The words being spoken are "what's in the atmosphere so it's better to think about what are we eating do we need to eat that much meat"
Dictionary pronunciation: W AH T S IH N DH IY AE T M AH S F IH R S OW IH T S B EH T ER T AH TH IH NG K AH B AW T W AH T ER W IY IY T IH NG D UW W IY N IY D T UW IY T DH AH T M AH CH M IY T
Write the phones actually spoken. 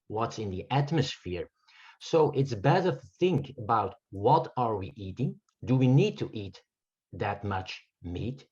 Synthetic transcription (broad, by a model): W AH T S IH N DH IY AE T M AH S F IH R S OW IH T S B EH T ER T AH TH IH NG K AH B AW T W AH T ER W IY IY T IH NG D UW W IY N IY D T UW IY T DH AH T M AH CH M IY T